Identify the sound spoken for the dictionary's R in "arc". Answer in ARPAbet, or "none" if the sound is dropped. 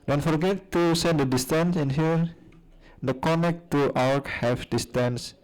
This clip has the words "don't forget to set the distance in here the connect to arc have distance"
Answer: W